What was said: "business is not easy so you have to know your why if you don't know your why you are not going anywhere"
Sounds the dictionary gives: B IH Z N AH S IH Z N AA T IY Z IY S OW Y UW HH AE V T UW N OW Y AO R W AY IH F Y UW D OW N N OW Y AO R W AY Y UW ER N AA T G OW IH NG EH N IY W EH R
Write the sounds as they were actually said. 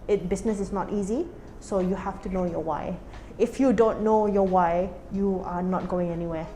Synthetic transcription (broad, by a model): B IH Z N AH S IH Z N AA T IY Z IY S OW Y UW HH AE F T UW N OW Y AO W AY IH F Y UW D OW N N OW Y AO W AY Y UW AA N AA T G OW IH NG EH N IY W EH